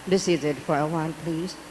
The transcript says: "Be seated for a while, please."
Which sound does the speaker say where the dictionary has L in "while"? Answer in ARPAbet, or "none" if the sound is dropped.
N